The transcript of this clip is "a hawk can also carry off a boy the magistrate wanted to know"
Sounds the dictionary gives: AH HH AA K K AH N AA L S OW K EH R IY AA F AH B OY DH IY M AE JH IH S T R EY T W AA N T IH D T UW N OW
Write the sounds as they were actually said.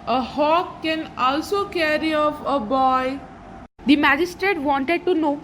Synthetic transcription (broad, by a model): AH HH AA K K AH N AA L S OW K EH R IY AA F AH B OY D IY M AE JH IH S T R EY T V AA N T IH D T UW N OW